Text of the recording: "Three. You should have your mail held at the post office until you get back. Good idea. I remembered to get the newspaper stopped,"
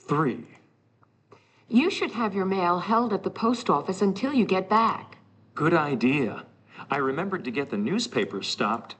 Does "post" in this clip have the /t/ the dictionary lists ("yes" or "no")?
yes